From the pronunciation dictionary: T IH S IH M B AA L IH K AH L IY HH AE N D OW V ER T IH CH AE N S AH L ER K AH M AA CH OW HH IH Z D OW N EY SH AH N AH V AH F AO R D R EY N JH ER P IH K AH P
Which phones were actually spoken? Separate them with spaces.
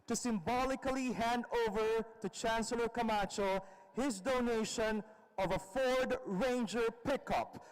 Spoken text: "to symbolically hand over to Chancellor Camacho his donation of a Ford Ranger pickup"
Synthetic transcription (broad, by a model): T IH S IH M B AA L IH K AH L IY HH AE N D OW V ER T IH CH AE N S AH L ER K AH M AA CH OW HH IH Z D OW N EY SH AH N AH V AH F AO R D R EY N JH ER P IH K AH P